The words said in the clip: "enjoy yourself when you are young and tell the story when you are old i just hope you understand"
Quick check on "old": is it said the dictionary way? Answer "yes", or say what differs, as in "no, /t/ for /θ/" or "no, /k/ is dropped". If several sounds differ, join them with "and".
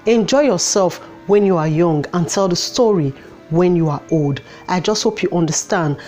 yes